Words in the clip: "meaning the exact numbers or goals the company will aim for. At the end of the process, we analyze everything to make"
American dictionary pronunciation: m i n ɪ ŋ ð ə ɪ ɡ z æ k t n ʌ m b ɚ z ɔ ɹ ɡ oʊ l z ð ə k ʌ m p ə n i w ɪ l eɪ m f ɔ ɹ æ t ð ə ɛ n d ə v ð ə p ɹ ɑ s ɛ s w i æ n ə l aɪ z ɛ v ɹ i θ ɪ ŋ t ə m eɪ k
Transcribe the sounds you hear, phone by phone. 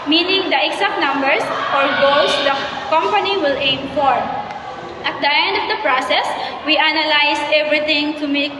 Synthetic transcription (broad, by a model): m i n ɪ ŋ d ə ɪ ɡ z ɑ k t n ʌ m b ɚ s ɔ ɹ ɡ oʊ l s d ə k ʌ m p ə n i w ɪ l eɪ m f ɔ ɹ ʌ t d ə ɛ n d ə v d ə p ɹ ɑ s ɛ s w i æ n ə l aɪ s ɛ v ɹ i t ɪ ŋ t ə m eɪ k